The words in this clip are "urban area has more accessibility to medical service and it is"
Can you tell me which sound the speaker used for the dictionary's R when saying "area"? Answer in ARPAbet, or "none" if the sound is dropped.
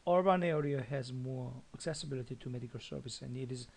R